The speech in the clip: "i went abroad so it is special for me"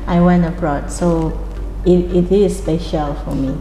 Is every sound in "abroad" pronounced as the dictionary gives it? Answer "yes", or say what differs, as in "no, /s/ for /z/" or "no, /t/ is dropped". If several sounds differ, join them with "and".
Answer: yes